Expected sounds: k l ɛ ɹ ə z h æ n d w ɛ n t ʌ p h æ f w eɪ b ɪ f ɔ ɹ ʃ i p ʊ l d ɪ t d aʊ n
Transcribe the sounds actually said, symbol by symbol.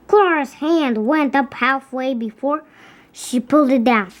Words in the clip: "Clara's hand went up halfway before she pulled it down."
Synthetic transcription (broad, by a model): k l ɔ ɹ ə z h æ n d w ɛ n t ʌ p h æ f w eɪ b ɪ f ɔ ɹ ʃ i p ʊ l d ɪ t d aʊ n